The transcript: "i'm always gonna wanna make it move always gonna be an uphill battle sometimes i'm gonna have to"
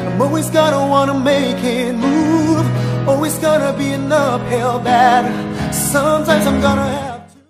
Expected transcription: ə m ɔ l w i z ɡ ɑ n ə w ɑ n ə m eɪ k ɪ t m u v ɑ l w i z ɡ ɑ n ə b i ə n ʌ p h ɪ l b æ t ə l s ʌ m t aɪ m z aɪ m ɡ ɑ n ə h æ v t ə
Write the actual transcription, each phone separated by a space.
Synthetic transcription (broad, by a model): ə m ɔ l w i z ɡ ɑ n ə w ɑ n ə m eɪ k ɪ t m u v ɑ l w i z ɡ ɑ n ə b i ə n ʌ f h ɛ l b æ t s ʌ m t aɪ m z aɪ m ɡ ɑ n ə h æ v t